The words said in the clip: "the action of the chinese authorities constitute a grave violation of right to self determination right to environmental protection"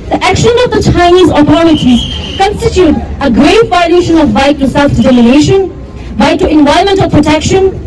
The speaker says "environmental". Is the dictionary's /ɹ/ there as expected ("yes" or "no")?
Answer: no